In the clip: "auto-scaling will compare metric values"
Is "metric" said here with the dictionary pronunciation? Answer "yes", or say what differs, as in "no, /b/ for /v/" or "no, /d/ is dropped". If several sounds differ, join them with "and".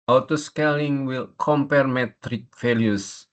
yes